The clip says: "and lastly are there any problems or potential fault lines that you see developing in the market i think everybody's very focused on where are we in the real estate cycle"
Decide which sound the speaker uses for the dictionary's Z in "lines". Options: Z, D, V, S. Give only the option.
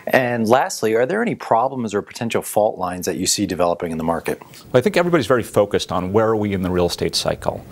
Z